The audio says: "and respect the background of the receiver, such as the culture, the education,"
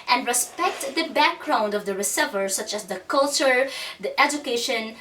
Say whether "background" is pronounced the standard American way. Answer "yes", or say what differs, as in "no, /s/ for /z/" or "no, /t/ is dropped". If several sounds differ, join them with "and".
yes